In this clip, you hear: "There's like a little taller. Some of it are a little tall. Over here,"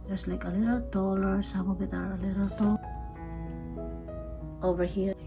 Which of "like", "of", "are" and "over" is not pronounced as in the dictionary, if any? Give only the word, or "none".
of